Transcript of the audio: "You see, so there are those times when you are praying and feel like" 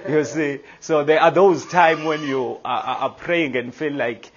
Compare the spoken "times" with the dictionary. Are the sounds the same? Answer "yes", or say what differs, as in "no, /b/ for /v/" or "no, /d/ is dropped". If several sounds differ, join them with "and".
no, /z/ is dropped